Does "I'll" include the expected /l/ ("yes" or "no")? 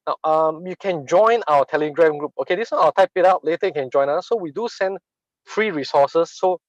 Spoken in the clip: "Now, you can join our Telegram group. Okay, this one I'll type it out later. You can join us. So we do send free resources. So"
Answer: no